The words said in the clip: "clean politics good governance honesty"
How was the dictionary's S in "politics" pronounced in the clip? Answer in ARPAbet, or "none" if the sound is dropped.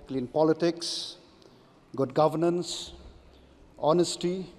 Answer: S